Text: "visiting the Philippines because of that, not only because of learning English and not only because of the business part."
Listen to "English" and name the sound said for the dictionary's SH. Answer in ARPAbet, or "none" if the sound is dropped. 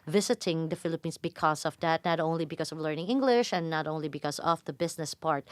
SH